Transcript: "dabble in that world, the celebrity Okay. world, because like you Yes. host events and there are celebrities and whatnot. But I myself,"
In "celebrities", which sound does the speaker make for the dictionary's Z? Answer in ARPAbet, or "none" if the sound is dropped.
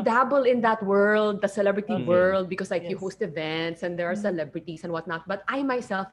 S